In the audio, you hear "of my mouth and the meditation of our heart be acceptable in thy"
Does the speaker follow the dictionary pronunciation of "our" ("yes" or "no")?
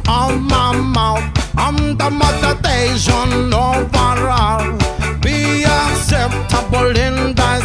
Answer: yes